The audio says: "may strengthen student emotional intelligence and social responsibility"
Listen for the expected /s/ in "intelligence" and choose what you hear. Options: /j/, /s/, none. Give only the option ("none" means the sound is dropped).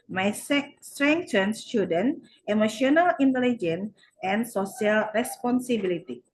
none